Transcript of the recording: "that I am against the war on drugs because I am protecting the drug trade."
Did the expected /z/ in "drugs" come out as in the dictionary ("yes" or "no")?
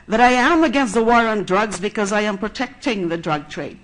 yes